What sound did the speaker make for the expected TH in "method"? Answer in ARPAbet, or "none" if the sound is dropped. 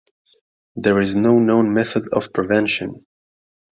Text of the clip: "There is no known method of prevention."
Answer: TH